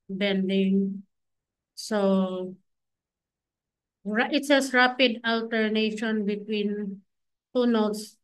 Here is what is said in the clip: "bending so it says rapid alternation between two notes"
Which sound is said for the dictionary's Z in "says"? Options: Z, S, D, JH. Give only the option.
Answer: S